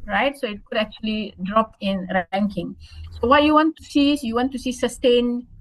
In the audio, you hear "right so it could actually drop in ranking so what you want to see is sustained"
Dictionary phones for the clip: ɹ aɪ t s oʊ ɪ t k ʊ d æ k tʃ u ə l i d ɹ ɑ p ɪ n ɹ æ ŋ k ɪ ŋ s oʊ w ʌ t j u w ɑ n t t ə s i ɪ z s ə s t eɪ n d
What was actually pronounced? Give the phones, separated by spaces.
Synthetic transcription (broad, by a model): ɹ aɪ t s oʊ ɪ t k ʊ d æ k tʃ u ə l i d ɹ ɑ p ɪ n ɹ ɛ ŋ k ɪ ŋ s oʊ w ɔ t j u w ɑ n t s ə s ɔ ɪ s s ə s t eɪ n